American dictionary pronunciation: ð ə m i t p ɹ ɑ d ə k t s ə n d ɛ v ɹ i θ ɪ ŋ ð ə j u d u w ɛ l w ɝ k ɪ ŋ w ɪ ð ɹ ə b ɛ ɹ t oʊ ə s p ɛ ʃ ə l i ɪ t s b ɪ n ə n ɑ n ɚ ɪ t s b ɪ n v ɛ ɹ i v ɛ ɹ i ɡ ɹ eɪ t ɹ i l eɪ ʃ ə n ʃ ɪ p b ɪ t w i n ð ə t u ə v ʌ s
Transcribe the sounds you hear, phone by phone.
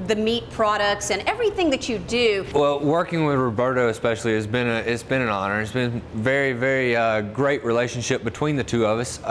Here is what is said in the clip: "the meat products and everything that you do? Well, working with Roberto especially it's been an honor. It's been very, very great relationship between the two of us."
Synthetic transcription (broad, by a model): ð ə m i t p ɹ ɑ d ə k t s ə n ɛ v ɹ i θ ɪ ŋ ð ə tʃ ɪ d u w ɛ l w ɝ k ɪ ŋ w ɪ ð ɹ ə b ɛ ɹ t oʊ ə s p ɛ ʃ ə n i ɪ t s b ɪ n ə n ɑ n ɚ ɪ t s b ɪ n v ɛ ɹ i v ɛ ɹ i ɡ ɹ eɪ t ɹ i l eɪ ʃ ə n ʃ ɪ p b ɪ t w i n ð ə t u ə v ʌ s